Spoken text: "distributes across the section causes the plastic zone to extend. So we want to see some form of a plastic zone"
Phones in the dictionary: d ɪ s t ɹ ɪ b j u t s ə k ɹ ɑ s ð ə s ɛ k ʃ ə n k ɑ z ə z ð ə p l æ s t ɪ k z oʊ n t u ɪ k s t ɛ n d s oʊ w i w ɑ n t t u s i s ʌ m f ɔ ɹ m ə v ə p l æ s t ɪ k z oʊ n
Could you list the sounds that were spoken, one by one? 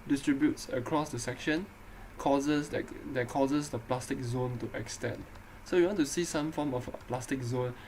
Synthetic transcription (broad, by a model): d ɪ s t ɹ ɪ b j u t s ə k ɹ ɑ s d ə s ɛ k ʃ ə n k ɑ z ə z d ə p l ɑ s t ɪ k z oʊ n t u ɪ k s t ɛ n d s oʊ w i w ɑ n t t u s i s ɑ m f ɔ m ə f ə p l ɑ s t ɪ k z oʊ n